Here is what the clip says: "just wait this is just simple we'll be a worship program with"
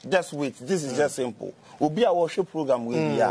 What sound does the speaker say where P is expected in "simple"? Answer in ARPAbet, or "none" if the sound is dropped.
P